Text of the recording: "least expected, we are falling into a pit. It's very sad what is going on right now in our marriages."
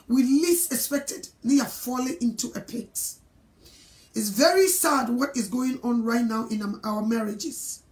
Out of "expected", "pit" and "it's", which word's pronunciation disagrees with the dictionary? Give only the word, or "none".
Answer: none